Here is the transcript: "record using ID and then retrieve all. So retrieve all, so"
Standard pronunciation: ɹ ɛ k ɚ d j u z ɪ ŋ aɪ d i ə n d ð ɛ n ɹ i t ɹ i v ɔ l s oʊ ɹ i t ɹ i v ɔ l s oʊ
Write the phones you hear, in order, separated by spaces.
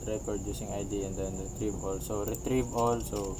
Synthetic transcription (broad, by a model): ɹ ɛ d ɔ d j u s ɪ ŋ aɪ d i ə n d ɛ n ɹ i t ɹ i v ɔ l s oʊ ɹ i t ɹ i v ɔ l s oʊ